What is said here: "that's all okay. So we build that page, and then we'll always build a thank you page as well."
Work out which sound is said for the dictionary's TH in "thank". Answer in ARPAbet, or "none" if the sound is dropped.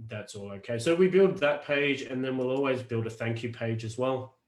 TH